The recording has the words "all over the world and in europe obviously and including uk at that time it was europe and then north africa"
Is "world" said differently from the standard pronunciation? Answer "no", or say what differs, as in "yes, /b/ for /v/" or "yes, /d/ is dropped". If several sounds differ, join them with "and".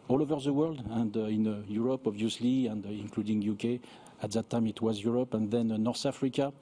no